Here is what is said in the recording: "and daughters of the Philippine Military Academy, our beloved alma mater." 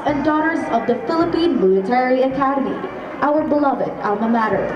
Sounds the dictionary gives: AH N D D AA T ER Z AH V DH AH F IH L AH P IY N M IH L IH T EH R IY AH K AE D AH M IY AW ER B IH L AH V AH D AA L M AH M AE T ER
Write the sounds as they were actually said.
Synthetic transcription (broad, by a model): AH N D D AA T ER Z AH V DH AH F IH L AH P IY N M IH L IH T EH R IY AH K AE D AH M IY AW ER B IH L AH V AH D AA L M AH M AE T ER